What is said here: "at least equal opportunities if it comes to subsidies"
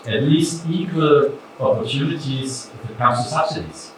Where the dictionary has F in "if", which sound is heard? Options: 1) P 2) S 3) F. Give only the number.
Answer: 1